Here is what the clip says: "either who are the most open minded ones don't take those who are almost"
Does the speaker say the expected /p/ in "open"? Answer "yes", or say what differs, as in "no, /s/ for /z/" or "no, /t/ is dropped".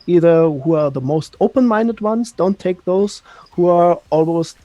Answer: yes